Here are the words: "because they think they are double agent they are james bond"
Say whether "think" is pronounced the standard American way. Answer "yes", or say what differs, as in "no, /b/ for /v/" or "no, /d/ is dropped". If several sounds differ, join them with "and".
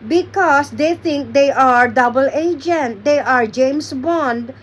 no, /t/ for /θ/